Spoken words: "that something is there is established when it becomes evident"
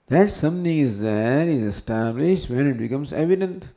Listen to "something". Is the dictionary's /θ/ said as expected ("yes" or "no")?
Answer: no